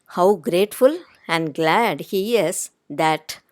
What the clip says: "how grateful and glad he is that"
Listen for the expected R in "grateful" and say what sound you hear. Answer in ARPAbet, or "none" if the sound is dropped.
R